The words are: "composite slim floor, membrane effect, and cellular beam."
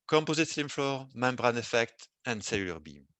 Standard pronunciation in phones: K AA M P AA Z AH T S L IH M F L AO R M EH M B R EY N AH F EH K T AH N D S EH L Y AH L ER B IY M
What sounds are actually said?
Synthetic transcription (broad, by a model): K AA M P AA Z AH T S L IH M F L AO R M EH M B R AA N AH F EH K T AH N D S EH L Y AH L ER B IY M